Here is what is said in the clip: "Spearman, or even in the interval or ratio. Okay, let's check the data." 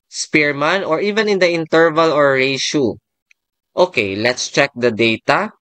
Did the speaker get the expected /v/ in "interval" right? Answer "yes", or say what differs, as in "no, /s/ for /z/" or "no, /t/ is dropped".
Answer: yes